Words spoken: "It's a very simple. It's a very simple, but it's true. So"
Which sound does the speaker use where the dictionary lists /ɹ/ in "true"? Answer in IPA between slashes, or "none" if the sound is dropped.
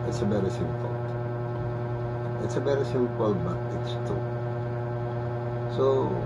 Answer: none